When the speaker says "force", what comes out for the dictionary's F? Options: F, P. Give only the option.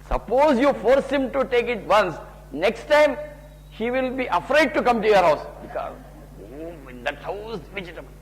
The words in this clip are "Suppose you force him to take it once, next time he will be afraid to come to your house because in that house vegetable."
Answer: F